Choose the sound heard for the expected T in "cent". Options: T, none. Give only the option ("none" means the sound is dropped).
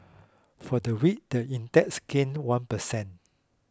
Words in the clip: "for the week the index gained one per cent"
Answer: none